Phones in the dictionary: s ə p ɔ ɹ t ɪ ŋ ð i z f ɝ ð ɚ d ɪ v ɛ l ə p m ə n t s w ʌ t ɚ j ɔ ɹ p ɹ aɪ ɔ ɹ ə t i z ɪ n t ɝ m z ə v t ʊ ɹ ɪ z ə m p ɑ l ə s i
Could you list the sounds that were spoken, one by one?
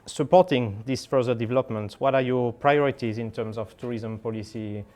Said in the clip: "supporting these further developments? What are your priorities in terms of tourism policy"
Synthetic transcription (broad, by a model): s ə p ɔ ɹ t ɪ ŋ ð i s f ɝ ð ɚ d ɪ v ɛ l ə p m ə n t w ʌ t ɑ j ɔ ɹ p ɹ aɪ ɔ ɹ ə t i z ɪ n t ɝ m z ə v t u ɹ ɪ z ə m p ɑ l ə s i